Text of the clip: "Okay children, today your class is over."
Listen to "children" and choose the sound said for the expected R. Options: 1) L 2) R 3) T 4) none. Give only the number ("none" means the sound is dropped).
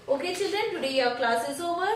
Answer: 4